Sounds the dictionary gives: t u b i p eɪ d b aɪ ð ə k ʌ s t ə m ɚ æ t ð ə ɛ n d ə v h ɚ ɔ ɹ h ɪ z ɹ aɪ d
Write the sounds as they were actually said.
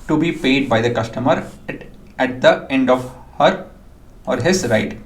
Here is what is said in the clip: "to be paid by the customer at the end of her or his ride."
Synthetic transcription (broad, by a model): t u b i p eɪ d b aɪ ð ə k ʌ s t ə m ɚ æ t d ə ɛ n d ə v h ɚ ɔ ɹ h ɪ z ɹ aɪ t